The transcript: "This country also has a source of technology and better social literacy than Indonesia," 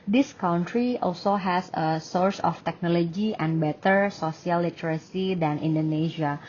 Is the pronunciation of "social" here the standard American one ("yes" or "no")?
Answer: no